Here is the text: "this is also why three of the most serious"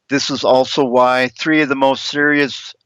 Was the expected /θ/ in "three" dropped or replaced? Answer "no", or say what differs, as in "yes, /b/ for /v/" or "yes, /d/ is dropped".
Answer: no